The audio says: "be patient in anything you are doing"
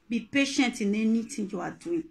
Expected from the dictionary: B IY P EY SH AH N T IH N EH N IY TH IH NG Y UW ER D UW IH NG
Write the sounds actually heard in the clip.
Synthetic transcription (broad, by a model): B IY P EY SH AH N T IH N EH N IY T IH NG Y UW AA D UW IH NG